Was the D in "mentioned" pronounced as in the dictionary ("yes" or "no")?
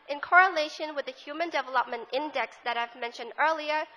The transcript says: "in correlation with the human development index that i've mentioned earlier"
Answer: yes